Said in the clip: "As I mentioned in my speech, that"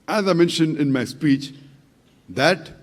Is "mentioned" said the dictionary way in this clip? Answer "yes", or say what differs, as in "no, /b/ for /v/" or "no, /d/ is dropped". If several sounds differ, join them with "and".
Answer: yes